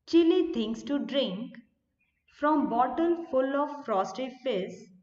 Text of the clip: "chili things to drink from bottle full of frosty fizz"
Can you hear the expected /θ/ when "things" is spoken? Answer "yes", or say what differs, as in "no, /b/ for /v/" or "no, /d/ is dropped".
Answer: no, /t/ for /θ/